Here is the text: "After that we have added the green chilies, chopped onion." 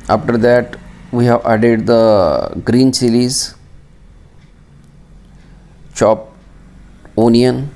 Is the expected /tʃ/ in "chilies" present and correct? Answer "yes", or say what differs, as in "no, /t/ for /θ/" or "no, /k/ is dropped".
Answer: no, /s/ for /tʃ/